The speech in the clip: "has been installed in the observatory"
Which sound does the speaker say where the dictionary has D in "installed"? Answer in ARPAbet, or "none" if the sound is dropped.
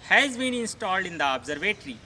D